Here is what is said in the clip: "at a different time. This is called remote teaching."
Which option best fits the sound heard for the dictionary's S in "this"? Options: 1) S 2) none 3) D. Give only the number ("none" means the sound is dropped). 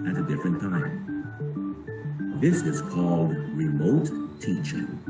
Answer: 1